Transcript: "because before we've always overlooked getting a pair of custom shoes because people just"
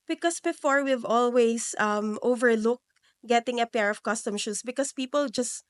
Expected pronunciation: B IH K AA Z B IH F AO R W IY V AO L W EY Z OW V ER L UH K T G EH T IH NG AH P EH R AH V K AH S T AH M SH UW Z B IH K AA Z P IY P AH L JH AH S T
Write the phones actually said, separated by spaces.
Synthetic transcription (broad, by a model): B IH K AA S B IH F AO R W IY V AO L W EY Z OW V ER L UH K G EH T IH NG AH P EH R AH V K AH S T AH M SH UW S B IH K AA S P IY P AH L JH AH S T